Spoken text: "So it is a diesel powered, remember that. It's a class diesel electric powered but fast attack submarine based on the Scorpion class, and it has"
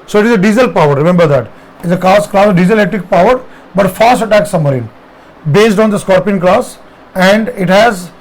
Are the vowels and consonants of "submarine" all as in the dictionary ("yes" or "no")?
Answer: no